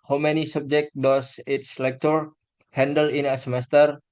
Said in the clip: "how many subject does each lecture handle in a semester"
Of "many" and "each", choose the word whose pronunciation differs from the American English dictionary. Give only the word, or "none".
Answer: each